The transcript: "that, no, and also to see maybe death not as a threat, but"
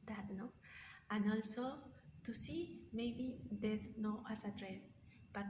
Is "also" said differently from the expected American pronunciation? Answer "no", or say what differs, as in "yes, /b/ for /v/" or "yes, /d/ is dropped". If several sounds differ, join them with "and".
no